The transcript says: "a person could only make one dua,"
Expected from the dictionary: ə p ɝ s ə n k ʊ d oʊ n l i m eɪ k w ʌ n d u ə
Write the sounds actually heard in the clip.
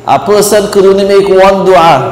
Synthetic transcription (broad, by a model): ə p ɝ s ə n k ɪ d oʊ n i m eɪ k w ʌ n d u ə